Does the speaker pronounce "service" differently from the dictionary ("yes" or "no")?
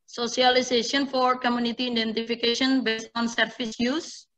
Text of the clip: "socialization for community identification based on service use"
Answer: yes